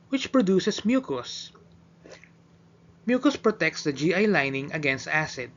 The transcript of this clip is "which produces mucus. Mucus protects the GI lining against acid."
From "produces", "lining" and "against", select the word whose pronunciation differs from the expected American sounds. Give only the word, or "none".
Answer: produces